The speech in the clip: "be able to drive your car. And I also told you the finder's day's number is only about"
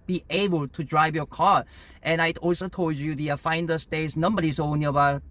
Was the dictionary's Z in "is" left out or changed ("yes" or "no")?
yes